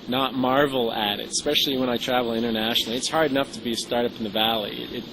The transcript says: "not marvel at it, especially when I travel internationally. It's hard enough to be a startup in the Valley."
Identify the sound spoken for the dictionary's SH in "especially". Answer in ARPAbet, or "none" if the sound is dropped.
SH